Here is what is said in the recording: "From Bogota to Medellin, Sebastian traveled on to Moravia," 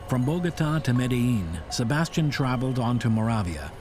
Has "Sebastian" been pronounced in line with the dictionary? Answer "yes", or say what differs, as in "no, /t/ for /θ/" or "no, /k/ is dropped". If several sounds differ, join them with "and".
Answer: yes